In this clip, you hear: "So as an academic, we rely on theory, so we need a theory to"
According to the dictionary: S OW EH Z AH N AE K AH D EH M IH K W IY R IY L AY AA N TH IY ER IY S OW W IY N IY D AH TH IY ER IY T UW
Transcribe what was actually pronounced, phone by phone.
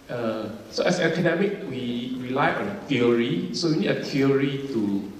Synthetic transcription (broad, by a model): S OW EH S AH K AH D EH M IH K W IY R IY L AY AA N T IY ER IY S OW W IY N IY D AH T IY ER IY T UW